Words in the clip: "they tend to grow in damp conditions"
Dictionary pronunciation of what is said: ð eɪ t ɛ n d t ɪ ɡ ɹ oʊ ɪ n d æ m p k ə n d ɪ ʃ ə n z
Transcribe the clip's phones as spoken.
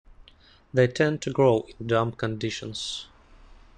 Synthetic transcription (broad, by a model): ð eɪ t ɛ n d t ɪ ɡ ɹ oʊ ɪ n d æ m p k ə n d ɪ ʃ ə n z